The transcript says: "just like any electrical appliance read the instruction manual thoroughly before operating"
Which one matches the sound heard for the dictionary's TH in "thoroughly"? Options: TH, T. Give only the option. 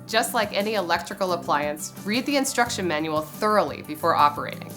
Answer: TH